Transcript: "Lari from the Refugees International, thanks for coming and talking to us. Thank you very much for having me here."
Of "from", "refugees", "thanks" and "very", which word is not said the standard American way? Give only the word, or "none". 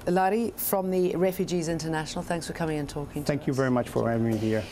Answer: none